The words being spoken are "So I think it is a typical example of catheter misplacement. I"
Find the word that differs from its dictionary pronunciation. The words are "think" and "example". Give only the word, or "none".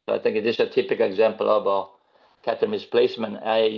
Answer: none